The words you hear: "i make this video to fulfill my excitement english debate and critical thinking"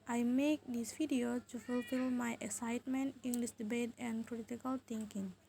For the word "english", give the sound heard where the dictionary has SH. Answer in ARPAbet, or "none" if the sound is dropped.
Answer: S